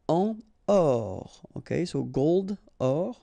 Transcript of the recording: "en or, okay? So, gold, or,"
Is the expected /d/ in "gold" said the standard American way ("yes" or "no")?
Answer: yes